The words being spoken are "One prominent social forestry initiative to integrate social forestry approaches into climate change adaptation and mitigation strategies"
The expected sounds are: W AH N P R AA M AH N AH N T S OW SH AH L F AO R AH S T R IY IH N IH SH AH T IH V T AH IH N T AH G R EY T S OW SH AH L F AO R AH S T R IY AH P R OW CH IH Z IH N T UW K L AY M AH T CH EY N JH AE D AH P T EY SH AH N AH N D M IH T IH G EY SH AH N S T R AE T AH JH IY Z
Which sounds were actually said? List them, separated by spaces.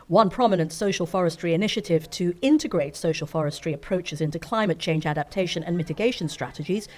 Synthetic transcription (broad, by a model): W AH N P R AA M AH N AH N T S OW SH AH L F AO R AH S T R IY IH N IH SH AH T IH V T AH IH N T AH G R EY T S OW SH AH L F AO R AH S T R IY AH P R OW CH IH Z IH N T UW K L AY M AH T CH EY N JH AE D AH P T EY SH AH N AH N M IH T IH G EY SH AH N S T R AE T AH JH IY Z